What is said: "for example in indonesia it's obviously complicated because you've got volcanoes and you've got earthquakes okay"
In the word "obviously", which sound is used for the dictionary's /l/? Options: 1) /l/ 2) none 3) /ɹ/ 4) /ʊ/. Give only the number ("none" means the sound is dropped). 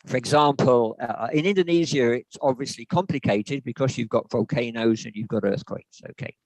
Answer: 1